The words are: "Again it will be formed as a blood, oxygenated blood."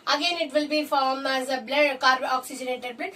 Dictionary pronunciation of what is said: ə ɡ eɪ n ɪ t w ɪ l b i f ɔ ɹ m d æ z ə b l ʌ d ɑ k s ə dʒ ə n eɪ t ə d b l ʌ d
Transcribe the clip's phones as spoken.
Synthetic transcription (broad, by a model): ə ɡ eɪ n ɪ t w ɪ l b i f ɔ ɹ m æ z ə b l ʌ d ɑ k s ə dʒ ə n eɪ t ə d b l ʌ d